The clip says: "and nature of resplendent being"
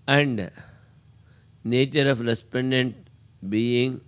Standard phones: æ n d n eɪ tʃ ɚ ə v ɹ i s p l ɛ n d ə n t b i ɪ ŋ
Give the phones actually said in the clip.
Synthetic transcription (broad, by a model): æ n d n eɪ tʃ ɚ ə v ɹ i s p ɛ n d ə n t b i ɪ ŋ